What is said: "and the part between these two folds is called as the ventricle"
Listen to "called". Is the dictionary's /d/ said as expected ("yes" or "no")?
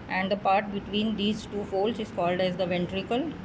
yes